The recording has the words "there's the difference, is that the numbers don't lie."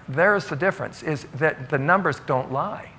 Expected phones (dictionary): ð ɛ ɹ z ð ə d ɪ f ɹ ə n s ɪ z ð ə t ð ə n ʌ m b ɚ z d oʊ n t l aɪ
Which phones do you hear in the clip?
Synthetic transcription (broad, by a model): ð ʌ ɹ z ð ə d ɪ f ɹ ə n s ɪ z ð ə t ð ə n ʌ m b ɚ z d oʊ n t l aɪ